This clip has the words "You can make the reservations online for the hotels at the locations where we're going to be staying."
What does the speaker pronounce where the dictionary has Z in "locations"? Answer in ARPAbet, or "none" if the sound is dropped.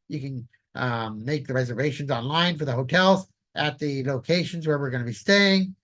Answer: Z